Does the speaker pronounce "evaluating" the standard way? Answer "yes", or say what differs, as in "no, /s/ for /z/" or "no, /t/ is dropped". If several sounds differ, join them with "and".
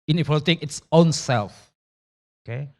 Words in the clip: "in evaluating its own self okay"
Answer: no, /p/ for /v/